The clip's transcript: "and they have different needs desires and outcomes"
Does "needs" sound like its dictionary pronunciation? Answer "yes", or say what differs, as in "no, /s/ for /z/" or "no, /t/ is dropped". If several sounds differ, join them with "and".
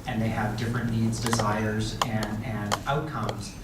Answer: yes